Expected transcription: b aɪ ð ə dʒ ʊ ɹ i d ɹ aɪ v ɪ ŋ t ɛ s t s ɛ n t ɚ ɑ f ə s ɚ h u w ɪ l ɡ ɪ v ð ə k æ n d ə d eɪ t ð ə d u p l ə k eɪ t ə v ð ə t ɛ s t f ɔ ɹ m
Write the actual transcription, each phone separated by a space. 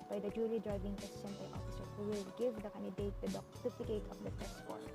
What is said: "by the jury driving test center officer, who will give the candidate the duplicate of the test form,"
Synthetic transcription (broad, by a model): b aɪ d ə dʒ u l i d ɹ aɪ v ɪ ŋ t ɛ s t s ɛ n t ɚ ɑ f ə s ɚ h u w ɪ l ɡ ɪ v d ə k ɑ n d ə d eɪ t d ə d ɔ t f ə k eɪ t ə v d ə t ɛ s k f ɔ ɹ